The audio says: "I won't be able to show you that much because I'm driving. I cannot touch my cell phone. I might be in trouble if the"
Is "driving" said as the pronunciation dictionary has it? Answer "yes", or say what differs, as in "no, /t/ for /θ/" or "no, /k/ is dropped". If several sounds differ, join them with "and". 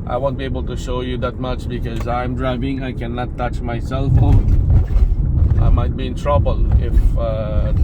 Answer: yes